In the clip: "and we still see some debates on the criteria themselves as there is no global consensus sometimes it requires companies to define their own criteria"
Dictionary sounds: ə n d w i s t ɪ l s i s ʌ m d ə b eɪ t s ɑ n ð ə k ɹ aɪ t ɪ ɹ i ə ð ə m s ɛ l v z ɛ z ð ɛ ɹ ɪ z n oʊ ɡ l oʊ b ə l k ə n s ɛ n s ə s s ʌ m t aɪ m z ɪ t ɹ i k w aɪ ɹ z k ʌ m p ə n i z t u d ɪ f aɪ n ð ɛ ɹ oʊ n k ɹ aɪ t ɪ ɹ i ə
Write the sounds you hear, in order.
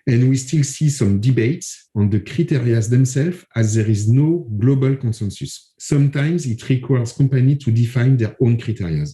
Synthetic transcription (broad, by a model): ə n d w i s t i l s i s ʌ m d ə b eɪ t s ɑ n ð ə k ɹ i t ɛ ɹ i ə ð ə m s ɛ l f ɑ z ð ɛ ɹ ɪ z n oʊ ɡ l oʊ b ə l k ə n s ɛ n s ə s s ʌ m t aɪ m z ɪ t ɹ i k w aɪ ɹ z k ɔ m p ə n i t u d ɪ f aɪ n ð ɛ ɹ oʊ n k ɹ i t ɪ ɹ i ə